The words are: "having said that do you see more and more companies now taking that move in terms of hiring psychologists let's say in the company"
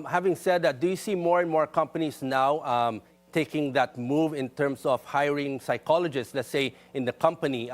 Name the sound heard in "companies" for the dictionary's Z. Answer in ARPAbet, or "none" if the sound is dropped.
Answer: S